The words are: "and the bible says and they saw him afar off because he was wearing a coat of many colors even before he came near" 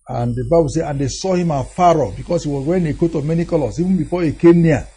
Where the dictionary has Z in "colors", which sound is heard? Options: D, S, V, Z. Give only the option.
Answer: S